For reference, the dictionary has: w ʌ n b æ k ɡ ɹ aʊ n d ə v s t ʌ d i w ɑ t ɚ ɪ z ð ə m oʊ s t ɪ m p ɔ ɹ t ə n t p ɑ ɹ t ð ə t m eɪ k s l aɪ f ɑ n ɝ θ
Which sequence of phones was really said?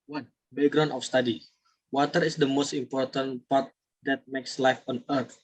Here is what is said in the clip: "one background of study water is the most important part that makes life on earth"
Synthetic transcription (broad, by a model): w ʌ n b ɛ ɡ ɹ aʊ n ə f s t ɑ d i w ɑ t ɚ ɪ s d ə m oʊ s t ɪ m p ɔ ɹ t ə n p ɑ ɹ t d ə t m eɪ k s l aɪ f ɑ n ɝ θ